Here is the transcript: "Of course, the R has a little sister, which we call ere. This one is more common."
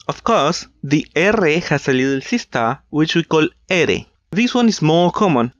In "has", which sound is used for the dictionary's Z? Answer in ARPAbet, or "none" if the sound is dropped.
S